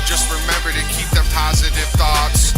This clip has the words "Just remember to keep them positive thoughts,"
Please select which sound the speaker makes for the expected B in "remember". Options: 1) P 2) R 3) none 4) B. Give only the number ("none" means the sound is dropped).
4